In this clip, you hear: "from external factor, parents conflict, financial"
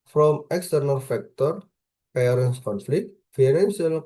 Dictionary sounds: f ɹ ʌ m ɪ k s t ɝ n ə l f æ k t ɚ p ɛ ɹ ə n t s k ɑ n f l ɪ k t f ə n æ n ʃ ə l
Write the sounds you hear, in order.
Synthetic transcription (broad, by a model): f ɹ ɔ m ɪ k s t ɝ n ə l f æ k t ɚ p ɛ ɹ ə n s k ɑ n f l ɪ k t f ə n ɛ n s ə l